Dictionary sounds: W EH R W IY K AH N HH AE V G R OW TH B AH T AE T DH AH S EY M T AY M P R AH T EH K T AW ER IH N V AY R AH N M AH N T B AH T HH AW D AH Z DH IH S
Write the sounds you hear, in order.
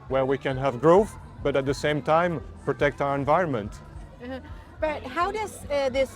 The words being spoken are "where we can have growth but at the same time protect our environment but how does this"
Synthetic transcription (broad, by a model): W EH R W IY K AH N HH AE V G R OW TH B AH T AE T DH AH S EY M T AY M P R AH T EH K T AW ER IH N V AY R AH N M AH N T B AH T HH AW D AH Z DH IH S